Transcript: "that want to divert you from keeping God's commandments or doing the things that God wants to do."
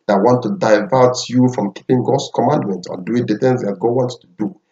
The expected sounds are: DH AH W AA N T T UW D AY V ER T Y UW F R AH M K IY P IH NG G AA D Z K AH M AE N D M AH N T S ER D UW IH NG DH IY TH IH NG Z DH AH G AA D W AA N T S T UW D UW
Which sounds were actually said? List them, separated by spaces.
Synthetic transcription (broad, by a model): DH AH W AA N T T UW D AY V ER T Y UW F R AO M K IY P IH NG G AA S K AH M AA N D M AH N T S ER D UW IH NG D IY T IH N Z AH G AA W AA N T T UW D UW